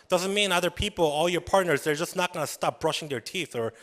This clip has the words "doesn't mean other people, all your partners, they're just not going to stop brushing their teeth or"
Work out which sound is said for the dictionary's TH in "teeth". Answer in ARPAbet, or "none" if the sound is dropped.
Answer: TH